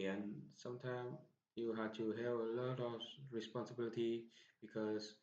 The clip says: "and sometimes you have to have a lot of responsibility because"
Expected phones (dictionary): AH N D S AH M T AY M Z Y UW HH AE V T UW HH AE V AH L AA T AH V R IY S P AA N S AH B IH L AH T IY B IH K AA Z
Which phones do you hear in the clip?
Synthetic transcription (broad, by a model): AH N S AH M T AY M Y UW HH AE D T UW HH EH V AH L AA T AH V R IY S P AA N S AH B IH L AH T IY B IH K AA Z